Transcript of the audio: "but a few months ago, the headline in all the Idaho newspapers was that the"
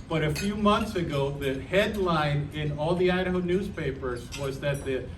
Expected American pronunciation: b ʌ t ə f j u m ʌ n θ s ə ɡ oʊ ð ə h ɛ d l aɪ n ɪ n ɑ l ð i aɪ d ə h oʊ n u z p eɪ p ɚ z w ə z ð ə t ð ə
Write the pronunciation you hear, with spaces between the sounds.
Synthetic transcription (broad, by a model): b ʌ t ə f j u m ʌ n θ s ə ɡ oʊ ð ə h ɛ d l aɪ n ɪ n ɑ l ð i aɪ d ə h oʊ n u z p eɪ p ɚ z w ə z ð ə t ð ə